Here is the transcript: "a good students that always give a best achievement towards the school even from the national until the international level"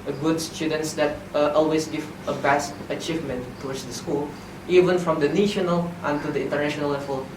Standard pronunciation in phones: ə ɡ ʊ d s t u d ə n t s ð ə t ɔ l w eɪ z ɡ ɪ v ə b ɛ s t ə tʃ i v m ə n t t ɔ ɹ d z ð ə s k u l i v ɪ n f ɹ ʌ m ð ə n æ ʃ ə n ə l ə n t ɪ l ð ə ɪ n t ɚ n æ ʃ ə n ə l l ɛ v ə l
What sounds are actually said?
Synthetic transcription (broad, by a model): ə ɡ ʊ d s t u d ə n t s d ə t ɔ l w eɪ s ɡ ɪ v ə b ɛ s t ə tʃ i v m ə n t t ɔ w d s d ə s k u l i v ɪ n f ɹ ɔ m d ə n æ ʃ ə n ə l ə n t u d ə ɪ n t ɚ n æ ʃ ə n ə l l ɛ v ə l